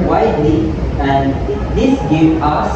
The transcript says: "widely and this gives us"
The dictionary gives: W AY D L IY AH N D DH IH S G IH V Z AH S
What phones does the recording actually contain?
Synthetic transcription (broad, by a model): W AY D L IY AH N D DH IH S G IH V AH S